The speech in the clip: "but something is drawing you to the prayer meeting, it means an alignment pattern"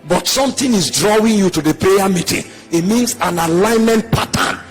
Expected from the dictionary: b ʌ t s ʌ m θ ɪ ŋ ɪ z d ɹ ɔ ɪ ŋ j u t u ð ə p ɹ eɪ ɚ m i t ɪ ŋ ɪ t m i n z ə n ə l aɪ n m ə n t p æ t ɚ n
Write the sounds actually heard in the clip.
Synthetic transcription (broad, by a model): b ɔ t s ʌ m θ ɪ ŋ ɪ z d ɹ ɔ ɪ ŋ j u t u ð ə p eɪ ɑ m i t ɪ ŋ ɪ t m i n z ə n ə l aɪ n m ə n t p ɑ t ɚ n